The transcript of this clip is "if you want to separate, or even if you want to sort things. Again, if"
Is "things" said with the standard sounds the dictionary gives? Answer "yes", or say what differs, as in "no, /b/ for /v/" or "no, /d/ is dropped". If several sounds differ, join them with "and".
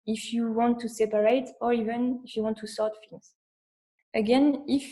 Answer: no, /f/ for /θ/